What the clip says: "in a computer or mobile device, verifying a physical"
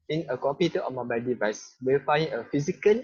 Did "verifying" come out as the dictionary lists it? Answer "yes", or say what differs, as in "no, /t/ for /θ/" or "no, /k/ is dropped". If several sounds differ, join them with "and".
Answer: no, /w/ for /v/